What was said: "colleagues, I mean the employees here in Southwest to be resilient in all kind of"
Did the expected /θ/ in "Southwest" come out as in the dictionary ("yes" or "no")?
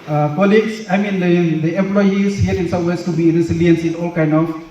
no